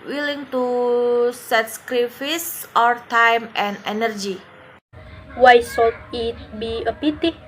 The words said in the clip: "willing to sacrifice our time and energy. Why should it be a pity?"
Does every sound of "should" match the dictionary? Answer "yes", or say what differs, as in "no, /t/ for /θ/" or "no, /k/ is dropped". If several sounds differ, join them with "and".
no, /s/ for /ʃ/